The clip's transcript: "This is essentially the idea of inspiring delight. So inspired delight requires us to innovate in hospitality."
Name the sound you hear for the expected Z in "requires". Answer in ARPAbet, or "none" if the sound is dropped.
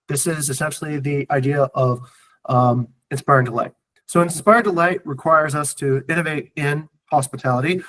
Z